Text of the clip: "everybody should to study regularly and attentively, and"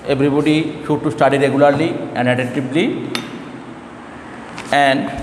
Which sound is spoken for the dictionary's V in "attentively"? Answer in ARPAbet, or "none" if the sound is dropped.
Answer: B